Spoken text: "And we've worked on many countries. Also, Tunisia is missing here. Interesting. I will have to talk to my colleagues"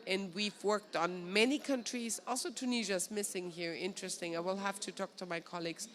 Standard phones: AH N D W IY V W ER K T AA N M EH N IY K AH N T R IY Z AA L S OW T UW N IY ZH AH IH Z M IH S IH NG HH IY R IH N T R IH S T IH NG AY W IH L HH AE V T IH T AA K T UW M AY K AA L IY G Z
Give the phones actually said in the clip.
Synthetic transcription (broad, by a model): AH N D W IY V W ER K T N M EH N IY K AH N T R IY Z AA L S OW T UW N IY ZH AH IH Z M IH S IH NG HH IY R IH N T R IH S T IH NG AY W IH L HH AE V T IH T AA K T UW M AY K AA L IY G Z